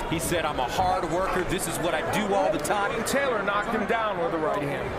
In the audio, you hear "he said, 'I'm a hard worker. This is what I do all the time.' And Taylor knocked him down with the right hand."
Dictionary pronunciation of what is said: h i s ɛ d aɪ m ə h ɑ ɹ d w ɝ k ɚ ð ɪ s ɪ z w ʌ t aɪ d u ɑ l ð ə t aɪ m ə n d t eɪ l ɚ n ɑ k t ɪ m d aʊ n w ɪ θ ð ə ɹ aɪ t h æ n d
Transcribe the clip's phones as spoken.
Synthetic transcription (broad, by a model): h i s ɛ d aɪ m ə h ɑ ɹ d w ɝ k ɚ ð ɪ s ɪ z w ʌ t aɪ d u ɑ l ð ə t aɪ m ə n t eɪ l ɚ n ɑ k t ɪ m d aʊ n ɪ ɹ ð ə ɹ aɪ t h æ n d